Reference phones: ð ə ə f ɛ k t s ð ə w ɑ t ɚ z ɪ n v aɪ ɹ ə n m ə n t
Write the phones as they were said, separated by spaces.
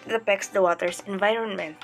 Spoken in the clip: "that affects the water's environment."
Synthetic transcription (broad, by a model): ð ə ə p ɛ k s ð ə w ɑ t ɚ s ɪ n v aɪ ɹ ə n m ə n